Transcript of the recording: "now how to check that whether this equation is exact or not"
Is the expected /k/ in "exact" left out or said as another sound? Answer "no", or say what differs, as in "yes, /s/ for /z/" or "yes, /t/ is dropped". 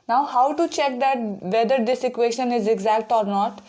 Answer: no